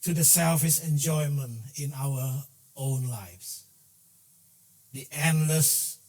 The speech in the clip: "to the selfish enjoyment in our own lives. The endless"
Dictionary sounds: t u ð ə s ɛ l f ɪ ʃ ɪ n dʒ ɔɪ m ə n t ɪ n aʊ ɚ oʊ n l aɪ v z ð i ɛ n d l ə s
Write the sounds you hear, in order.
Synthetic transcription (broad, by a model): t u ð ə s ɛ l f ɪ s ɪ n dʒ ɔɪ m ə n t ɪ n aʊ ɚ oʊ n l aɪ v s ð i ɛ n l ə s